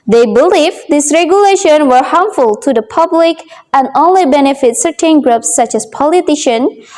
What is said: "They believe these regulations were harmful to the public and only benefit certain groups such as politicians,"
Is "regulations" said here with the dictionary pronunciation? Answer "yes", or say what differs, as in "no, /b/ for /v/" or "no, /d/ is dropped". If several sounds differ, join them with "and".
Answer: no, /z/ is dropped